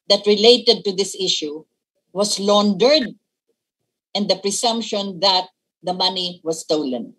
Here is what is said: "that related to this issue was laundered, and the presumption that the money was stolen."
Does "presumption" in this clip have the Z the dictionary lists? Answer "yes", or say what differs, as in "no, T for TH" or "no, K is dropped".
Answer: no, S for Z